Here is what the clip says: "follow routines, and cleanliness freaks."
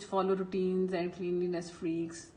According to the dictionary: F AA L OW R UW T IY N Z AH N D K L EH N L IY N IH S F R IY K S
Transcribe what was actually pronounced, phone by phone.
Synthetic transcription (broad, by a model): F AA L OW R UW T IY N Z AH N D K L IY N L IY N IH S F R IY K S